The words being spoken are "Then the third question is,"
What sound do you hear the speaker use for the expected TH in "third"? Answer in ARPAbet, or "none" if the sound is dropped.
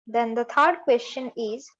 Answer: T